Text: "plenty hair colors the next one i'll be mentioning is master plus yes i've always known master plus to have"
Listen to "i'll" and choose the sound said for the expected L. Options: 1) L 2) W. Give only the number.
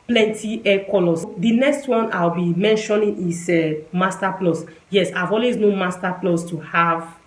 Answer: 2